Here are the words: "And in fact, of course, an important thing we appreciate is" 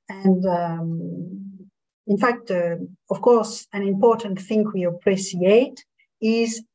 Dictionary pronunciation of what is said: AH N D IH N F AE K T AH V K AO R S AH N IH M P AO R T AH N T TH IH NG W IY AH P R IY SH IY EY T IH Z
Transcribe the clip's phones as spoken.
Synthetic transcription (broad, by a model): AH N D IH N F AE K T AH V K AO R S AH N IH M P AO R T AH N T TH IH NG W IY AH P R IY S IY EY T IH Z